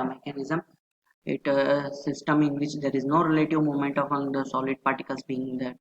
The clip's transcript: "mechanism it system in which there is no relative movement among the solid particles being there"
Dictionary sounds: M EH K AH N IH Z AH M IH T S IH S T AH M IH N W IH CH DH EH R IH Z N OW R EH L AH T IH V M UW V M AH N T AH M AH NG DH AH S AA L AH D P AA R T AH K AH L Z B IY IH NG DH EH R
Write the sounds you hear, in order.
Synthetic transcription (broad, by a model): M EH K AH N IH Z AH M IH T S IH S T AH M IH N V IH CH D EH R IH Z N OW R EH L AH T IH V M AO M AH N T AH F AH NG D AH S AA L AH D P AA R T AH K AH L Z B IY IH NG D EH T